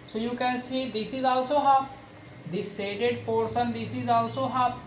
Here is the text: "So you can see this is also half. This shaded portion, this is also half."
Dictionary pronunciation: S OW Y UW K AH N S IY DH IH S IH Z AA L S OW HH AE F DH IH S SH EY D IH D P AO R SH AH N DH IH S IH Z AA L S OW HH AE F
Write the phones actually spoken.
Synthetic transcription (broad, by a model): S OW Y UW K AH N S IY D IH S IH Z AA L S OW HH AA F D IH S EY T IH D P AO R S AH N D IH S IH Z AA L S OW HH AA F